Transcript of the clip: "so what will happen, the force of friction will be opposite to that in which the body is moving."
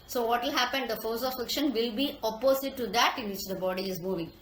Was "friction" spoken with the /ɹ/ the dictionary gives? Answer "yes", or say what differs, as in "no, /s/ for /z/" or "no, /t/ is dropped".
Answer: no, /l/ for /ɹ/